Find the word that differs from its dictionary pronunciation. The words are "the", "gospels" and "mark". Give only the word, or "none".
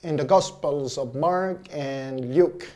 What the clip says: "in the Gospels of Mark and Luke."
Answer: none